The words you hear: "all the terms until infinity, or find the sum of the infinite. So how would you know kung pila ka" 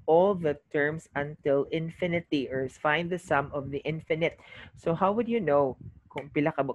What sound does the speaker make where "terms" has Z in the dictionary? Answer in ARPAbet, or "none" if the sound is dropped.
S